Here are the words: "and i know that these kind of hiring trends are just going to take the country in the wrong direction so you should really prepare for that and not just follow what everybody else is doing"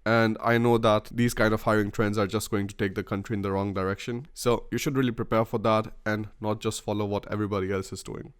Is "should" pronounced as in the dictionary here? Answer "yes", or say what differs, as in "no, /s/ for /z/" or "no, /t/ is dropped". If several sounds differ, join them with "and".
yes